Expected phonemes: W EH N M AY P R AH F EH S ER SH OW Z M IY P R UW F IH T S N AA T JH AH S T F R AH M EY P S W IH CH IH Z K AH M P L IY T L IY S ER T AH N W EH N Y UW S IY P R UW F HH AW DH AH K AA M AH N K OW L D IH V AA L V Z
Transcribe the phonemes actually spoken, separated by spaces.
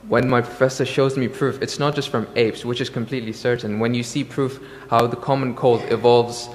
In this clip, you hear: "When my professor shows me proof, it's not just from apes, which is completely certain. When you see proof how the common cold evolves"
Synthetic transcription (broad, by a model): W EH N M AY P R AH F EH S ER SH OW Z M IY P R UW F IH T S N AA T JH AH S T F R AH M EY P S W IH CH IH Z K AH M P L IY T L IY S ER T N W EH N Y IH S IY P R UW F HH AW DH AH K AA M AH N K OW L D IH V AA L V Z